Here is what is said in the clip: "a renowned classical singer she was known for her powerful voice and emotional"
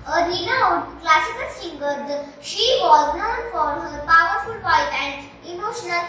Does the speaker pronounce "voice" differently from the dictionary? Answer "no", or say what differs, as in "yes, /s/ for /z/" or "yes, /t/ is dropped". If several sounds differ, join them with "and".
yes, /p/ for /v/